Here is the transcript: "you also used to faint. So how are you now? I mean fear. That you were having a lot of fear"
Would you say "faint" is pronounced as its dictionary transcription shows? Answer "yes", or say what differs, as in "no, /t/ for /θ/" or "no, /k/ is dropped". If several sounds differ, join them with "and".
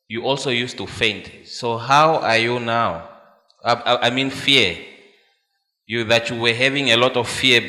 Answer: yes